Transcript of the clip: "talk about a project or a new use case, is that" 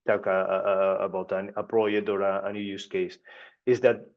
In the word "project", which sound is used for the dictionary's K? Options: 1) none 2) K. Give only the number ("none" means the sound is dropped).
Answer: 1